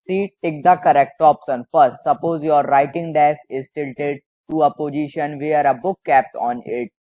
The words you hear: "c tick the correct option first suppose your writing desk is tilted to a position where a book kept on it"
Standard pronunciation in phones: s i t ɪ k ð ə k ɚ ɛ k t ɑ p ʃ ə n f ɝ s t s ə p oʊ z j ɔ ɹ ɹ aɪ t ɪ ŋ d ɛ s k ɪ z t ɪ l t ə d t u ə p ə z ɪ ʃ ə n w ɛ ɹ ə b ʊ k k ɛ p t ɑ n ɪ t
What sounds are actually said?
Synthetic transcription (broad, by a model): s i t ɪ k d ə k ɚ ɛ k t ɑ p s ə n f ɝ s t s ə p oʊ z j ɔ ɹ ɹ aɪ t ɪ ŋ d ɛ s ɪ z t ɪ l t ə d t u ə p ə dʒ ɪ ʃ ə n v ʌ ɹ ə b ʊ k k ɛ p t ɑ n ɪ t